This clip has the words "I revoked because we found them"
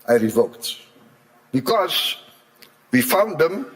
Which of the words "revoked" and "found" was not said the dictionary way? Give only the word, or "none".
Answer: none